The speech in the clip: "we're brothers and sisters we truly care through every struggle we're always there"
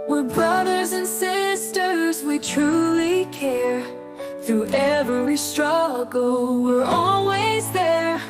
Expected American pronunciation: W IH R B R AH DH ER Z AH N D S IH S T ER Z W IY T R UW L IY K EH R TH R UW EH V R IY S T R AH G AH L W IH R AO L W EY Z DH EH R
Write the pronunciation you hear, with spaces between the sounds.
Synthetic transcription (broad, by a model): W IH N B R AH DH ER Z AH N S IH S T ER Z W IY T R UW L IY K EH R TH UW EH V W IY S T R AH G L W IH R AO L W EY Z DH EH R